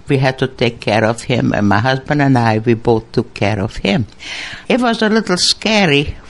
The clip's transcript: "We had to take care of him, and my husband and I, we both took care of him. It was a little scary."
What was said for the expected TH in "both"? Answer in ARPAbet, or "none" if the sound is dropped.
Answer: TH